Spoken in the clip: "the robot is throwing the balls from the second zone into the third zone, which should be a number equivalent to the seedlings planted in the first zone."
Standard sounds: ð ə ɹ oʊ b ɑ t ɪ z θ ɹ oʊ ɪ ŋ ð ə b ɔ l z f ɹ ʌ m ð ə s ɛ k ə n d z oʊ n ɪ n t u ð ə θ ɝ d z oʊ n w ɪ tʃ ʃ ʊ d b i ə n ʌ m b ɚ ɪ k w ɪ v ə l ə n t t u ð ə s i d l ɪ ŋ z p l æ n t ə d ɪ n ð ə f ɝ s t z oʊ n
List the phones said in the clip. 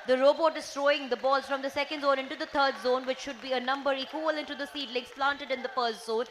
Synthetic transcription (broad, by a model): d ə ɹ oʊ b ɑ t ɪ z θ ɹ oʊ ɪ ŋ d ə b ɔ l z f ɹ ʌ m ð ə s ɛ k ə n d z oʊ n ɪ n t u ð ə t ɝ d z oʊ n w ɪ tʃ ʃ ʊ d b i ə n ʌ m b ɚ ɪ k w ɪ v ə l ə n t t u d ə s i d l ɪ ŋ s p l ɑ n t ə d ɪ n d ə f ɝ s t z oʊ n